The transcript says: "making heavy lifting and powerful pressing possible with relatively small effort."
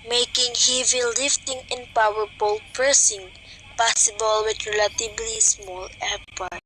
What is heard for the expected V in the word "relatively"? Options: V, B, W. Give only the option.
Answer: B